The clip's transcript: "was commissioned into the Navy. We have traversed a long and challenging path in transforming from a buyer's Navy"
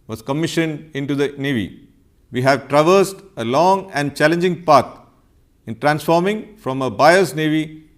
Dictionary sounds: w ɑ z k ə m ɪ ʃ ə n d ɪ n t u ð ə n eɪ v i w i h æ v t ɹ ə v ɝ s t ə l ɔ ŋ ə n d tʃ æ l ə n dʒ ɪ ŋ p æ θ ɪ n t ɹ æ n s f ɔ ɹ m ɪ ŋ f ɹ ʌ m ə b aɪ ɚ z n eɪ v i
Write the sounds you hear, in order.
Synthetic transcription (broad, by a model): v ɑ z k ə m ɪ ʃ ə n d ɪ n t u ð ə n eɪ v i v i h æ v t ɹ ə v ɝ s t ə l ɔ ŋ ə n d tʃ æ l ə n dʒ ɪ ŋ p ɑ t ɪ n t ɹ æ n s f ɔ ɹ m ɪ ŋ f ɹ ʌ m ə b aɪ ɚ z n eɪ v i